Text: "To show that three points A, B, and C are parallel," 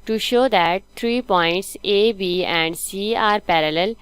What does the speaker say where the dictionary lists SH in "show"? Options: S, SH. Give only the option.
SH